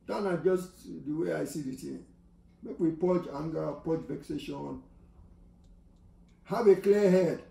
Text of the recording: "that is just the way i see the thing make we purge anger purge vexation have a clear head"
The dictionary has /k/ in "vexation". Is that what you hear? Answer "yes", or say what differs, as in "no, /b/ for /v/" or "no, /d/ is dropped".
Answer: yes